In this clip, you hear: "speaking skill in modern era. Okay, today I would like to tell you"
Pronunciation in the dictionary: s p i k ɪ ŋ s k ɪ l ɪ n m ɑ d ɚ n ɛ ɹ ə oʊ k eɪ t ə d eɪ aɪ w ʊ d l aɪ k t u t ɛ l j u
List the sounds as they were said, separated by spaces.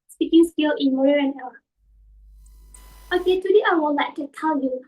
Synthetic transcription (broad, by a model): s p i k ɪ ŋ s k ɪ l ɪ n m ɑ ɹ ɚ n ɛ l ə oʊ k eɪ t ə d eɪ aɪ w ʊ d l aɪ k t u t ɛ l j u